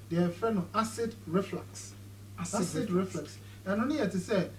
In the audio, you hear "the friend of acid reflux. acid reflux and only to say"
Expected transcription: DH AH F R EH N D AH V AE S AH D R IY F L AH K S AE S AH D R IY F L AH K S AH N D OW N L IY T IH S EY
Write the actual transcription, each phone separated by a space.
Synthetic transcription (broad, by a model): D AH F EH N AH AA S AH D R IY F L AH K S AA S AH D R IY F L AH K S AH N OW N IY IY T IH S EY